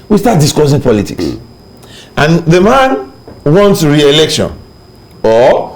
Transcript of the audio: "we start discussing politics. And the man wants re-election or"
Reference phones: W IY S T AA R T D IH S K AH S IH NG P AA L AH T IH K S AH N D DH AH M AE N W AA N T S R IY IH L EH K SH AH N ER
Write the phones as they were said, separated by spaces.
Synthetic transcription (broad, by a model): W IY S T AA T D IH S K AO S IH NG P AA L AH T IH K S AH N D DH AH M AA N W AA N T S R IY IH L EH K SH AH N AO